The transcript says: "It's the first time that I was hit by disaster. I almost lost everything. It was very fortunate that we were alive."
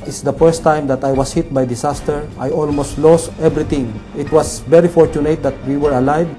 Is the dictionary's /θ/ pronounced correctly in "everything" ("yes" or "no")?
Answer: no